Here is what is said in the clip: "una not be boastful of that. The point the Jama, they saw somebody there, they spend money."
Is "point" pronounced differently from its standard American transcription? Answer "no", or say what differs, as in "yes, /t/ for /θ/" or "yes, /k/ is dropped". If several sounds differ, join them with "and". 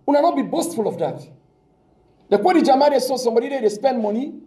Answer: yes, /n/ is dropped